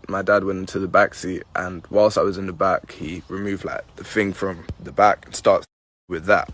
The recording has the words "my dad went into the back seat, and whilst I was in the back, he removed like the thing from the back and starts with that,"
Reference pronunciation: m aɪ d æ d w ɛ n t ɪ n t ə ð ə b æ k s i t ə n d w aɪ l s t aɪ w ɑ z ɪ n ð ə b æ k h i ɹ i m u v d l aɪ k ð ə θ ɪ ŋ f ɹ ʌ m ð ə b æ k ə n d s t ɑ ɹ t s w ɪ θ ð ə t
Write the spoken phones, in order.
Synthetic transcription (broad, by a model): m aɪ d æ d w ɛ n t ɪ n t ə ð ə b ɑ k s i t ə n w aɪ l s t aɪ w ɑ z ɪ n ð ə b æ k h i ɹ i m u v d l aɪ k ð ə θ ɪ ŋ f ɹ ʌ m ð ə b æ k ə n s t ɑ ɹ t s w ɪ ð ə t